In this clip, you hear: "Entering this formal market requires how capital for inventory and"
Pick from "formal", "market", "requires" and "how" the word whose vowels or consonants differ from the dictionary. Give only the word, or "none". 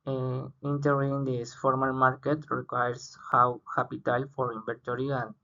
requires